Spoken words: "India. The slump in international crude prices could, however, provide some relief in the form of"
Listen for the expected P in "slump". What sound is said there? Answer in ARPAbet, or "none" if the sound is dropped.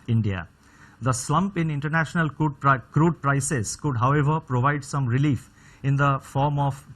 P